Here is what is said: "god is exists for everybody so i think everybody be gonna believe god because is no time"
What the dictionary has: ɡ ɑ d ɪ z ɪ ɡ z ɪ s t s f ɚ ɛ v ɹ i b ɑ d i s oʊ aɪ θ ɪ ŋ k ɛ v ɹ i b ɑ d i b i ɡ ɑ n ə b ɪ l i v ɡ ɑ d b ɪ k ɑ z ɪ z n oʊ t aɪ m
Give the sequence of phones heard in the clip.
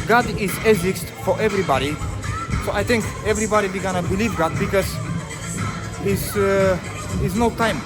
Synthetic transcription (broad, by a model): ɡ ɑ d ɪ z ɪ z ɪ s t f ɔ ɛ v ɹ i b ɑ d i s oʊ aɪ t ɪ ŋ k ɛ v ɹ i b ɑ d i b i ɡ ɑ n ə b ɪ l i v ɡ ɑ d b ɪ k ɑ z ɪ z n oʊ t aɪ m